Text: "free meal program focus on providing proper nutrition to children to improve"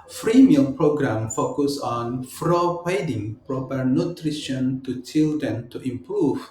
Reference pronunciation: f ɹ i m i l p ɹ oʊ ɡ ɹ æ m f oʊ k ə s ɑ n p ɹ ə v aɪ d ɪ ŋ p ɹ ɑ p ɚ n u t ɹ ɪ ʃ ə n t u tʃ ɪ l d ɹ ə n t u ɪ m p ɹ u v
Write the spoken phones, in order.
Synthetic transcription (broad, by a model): f ɹ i m i l p ɹ oʊ ɡ ɹ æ m f oʊ k ə s ɑ n f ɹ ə p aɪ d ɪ ŋ p ɹ ɑ p ɚ n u t ɹ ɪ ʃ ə n t u tʃ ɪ l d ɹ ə n t u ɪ m p ɹ u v